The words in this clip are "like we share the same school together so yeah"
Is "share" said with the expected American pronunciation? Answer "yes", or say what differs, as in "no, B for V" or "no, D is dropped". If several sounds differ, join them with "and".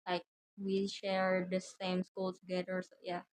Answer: yes